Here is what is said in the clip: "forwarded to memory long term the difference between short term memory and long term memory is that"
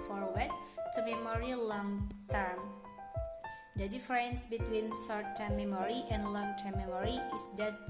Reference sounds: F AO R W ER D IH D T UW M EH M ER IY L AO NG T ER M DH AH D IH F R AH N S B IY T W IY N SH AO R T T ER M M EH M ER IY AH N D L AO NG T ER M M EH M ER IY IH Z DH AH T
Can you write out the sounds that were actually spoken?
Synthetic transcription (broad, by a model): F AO R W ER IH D T UW M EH M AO IY L AO NG T ER M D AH D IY F R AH N S B IY T W IY N S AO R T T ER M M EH M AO IY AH N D L AO NG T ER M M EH M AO IY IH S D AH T